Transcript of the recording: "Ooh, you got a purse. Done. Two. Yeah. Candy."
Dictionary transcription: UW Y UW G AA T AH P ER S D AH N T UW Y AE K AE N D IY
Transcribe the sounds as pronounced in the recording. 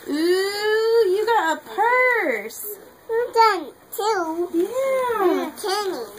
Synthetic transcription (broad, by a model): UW Y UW G AA T AH P ER S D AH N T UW Y AE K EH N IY